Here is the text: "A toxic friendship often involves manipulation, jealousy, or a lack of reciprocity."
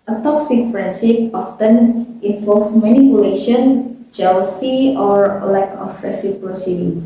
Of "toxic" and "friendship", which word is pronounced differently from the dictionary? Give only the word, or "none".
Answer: friendship